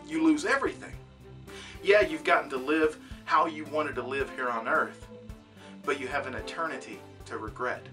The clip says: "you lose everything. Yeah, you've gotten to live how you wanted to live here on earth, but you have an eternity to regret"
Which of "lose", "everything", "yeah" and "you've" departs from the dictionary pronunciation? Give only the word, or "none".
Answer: none